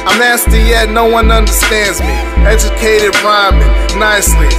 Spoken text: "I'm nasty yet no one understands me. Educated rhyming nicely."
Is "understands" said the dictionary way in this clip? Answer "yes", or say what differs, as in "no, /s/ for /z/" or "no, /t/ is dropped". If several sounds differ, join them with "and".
yes